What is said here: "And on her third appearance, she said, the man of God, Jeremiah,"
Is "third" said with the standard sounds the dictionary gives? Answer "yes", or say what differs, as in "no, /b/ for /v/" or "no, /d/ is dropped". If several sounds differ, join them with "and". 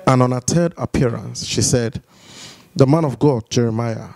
no, /t/ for /θ/